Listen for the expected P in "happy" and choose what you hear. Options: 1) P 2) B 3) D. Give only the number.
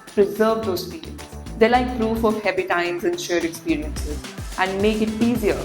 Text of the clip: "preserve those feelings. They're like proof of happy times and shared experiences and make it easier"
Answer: 2